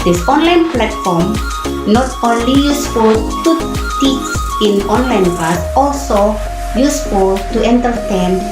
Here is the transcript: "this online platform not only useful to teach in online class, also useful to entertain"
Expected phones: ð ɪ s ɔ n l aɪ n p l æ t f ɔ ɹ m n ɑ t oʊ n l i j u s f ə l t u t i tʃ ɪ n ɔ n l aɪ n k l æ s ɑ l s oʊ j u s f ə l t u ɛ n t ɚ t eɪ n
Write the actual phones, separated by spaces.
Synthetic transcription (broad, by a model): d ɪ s ɔ n l aɪ n p l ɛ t f ɔ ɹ m n ɑ t oʊ n l i j u s f ə l t u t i s ɪ n ɔ n l aɪ n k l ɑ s ɑ l s oʊ j u s f ə l t u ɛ n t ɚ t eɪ n